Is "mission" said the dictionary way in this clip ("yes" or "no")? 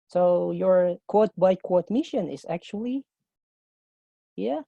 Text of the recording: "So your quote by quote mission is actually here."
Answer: yes